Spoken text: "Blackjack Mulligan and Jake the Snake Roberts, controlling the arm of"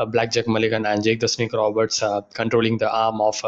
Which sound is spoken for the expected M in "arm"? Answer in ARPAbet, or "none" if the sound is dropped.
M